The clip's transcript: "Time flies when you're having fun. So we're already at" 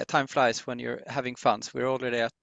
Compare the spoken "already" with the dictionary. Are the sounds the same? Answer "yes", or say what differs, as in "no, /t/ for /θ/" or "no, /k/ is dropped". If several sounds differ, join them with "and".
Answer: no, /l/ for /ɹ/